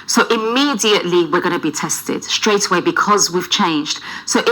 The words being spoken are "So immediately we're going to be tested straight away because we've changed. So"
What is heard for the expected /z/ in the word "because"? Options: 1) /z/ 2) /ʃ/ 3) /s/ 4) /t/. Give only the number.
1